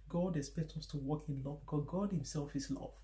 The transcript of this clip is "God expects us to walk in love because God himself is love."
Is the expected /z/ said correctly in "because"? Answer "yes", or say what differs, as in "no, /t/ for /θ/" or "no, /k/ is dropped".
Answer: no, /z/ is dropped